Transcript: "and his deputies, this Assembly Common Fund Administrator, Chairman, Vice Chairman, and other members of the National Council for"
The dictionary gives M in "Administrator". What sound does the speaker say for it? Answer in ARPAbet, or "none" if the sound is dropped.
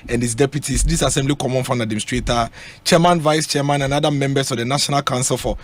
none